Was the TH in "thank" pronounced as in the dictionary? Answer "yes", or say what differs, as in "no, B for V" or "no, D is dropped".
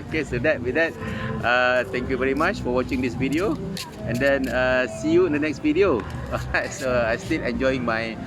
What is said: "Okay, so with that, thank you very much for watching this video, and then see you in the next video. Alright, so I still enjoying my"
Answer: no, T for TH